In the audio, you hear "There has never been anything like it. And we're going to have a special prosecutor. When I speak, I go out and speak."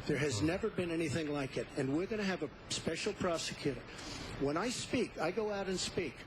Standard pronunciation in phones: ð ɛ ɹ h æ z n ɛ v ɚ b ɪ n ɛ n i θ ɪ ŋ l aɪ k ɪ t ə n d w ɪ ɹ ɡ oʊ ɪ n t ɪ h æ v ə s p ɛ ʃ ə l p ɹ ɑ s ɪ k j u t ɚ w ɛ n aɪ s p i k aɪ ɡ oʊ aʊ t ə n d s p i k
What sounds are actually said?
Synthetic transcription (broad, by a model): ð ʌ ɹ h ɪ z n ɛ v ɚ b ɪ n ɛ n i θ ɪ ŋ l aɪ k ɪ t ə n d w ɪ ɹ ɡ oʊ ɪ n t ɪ v ə s p ɛ ʃ l p ɹ ɑ s ɪ k j u t ɚ w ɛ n aɪ s p i k aɪ ɡ oʊ aʊ t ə n s p i k